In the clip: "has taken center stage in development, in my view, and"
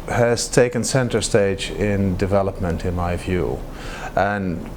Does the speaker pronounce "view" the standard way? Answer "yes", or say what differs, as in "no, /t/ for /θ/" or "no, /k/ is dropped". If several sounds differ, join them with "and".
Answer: yes